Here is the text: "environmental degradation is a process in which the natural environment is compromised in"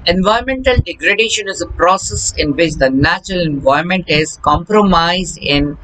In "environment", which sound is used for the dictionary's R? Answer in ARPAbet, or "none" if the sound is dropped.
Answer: none